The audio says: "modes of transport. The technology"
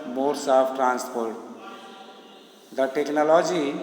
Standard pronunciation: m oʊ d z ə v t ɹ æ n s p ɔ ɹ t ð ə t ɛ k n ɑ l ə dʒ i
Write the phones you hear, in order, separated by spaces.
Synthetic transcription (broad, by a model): m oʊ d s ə p t ɹ æ n s p ɔ ɹ t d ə t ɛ k n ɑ l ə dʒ i